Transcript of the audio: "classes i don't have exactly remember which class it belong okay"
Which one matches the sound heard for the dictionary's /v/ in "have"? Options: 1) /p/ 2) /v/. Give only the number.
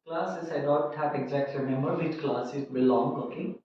1